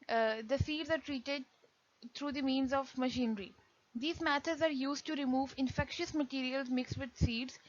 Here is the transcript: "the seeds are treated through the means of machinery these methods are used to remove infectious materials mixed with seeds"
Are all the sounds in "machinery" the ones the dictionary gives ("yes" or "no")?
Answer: yes